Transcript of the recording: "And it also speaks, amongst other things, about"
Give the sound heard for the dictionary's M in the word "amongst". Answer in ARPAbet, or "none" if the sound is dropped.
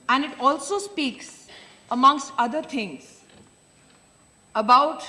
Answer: M